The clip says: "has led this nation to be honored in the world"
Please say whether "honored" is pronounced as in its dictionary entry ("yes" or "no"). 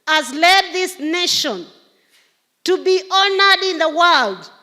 yes